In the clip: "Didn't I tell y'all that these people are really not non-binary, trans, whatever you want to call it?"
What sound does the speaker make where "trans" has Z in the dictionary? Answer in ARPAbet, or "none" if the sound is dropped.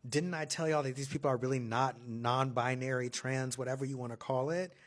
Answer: Z